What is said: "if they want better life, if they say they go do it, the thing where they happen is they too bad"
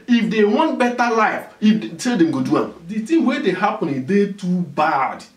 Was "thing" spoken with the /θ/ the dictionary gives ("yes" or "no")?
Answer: no